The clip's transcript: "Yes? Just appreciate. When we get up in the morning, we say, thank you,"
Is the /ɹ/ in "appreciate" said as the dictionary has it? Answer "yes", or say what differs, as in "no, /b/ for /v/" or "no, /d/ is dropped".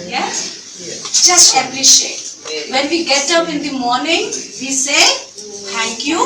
no, /l/ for /ɹ/